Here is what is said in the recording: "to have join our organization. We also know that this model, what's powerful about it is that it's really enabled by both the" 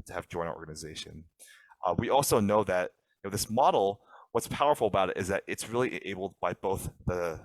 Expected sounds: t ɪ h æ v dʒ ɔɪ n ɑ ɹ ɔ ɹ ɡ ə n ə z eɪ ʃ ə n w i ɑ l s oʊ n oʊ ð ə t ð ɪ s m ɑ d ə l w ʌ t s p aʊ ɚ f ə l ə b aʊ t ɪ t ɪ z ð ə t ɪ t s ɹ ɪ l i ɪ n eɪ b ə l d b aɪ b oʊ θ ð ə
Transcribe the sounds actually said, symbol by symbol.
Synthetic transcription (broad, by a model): t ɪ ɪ v dʒ ɔɪ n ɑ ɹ ɔ ɹ ɡ ə n ə z eɪ ʃ ə n w i ɑ l s oʊ n oʊ ð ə t ð ɪ s m ɑ d l w ʌ t s p aʊ ɚ f l ə b aʊ t ɪ t ɪ z ð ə t ɪ t s ɹ ɪ l i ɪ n eɪ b l d b aɪ b oʊ θ ð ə